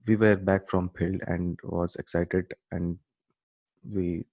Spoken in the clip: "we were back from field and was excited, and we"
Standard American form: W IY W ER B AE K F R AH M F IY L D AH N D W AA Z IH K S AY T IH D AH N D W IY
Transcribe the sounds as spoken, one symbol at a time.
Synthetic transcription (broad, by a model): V IY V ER B AE K F R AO M P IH L AH N D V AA Z IH K S AY T IH D AH N D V IY